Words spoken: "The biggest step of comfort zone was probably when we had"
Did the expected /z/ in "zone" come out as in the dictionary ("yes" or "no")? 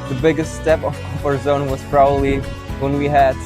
yes